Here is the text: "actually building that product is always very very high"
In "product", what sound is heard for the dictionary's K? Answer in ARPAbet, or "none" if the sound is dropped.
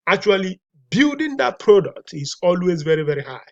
K